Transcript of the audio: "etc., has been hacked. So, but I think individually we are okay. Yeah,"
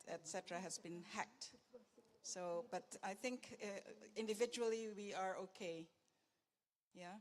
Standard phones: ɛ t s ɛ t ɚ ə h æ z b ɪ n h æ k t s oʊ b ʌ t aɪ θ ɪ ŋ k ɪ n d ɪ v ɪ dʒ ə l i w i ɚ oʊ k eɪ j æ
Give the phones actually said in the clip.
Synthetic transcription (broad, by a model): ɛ t s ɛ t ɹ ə h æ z b ɪ n h æ k t s oʊ b ʌ t aɪ θ ɪ ŋ k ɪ n d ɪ v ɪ dʒ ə l i w i ɚ oʊ k eɪ j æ